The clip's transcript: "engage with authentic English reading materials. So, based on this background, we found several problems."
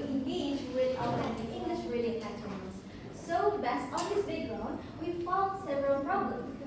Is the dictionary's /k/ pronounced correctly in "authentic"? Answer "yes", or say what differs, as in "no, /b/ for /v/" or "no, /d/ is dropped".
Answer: no, /k/ is dropped